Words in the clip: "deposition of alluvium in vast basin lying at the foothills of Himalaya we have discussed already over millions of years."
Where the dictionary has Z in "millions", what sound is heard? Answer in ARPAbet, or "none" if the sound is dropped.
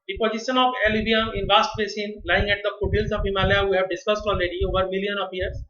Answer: none